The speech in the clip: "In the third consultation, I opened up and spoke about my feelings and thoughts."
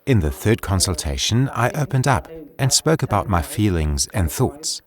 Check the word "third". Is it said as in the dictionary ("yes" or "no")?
yes